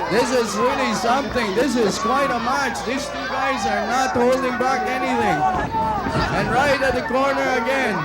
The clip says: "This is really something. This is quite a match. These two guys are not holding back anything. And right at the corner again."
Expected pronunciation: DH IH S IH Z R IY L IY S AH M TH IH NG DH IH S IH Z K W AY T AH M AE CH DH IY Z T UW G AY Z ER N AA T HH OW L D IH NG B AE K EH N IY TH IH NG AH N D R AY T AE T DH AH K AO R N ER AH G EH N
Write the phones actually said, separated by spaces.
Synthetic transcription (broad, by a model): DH IH S IH Z R IY L IY S AH M TH IH NG DH IH S IH Z K W AY T AH M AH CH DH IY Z T UW G AY Z ER N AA T HH OW L D IH NG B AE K EH N IY TH IH NG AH N R AY T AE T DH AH K AO R N ER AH G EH N